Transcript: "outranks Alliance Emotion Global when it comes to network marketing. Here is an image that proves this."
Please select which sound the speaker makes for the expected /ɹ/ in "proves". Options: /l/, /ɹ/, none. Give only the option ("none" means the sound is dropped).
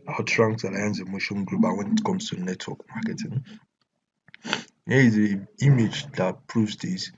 /ɹ/